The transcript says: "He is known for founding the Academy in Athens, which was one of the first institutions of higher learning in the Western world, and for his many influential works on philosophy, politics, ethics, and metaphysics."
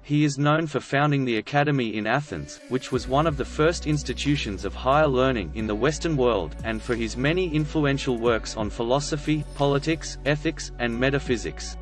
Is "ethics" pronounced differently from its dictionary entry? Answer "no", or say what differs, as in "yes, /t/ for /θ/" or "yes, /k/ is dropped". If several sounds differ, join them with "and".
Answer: no